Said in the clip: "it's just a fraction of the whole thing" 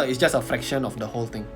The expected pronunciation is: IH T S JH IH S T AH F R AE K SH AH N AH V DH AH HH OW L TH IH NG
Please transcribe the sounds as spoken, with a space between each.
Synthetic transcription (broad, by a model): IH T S JH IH S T AH F R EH K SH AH N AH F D AH HH OW L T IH NG